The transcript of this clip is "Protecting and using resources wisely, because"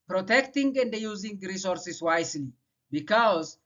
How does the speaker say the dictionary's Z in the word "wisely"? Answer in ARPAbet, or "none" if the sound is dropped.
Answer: S